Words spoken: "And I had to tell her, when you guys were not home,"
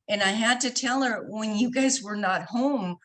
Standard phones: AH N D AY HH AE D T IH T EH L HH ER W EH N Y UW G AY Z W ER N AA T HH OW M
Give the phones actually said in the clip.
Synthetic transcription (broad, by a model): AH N AY HH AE D T IH T EH L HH ER W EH N Y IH G AY Z W ER N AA T HH OW M